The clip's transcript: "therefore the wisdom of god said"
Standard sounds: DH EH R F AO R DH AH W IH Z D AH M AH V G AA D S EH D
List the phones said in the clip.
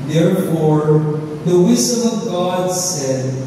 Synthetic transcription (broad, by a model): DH EH R F AO R DH AH W IH Z D AH M AH V G AA D S EH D